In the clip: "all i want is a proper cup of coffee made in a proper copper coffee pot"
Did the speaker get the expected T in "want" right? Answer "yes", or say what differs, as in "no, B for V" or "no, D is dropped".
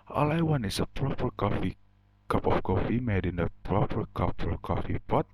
no, T is dropped